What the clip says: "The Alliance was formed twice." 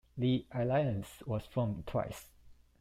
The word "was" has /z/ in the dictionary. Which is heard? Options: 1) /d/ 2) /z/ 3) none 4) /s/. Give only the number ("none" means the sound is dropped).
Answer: 4